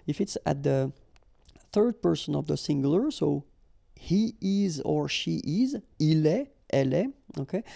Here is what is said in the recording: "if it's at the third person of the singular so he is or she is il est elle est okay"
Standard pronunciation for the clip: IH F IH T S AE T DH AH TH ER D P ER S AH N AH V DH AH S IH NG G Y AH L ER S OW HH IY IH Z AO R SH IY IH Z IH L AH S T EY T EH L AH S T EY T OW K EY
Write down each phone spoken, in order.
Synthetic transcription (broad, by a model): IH F IH T S AE T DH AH TH ER D P ER S AH N AH V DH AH S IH NG G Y L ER S OW HH IY IH Z AO R SH IY IH Z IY L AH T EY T EH L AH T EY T OW K EY